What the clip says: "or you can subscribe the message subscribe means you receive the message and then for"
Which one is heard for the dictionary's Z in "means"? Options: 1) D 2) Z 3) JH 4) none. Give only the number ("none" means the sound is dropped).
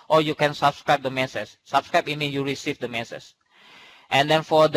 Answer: 4